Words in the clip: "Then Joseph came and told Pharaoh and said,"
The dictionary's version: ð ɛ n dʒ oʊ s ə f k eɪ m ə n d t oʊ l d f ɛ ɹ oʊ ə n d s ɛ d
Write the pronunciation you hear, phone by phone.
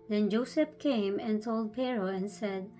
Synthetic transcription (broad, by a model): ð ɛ n dʒ oʊ s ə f k eɪ m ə n t oʊ l d p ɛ ɹ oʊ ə n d s ɛ d